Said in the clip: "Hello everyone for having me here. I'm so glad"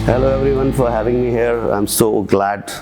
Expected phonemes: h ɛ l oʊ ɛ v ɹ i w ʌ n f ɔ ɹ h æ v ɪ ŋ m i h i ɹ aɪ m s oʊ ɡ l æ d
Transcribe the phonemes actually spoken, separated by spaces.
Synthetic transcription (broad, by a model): h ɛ l oʊ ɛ v ɹ i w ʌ n f ɔ ɹ h æ v ɪ ŋ m i h i ɹ aɪ m s oʊ ɡ l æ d